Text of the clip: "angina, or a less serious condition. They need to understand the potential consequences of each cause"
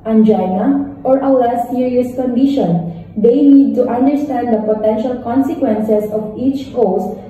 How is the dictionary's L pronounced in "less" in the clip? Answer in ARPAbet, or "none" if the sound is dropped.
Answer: W